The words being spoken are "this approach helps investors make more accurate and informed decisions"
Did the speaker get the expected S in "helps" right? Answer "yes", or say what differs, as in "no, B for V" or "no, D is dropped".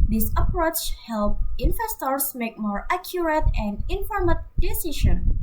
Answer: no, S is dropped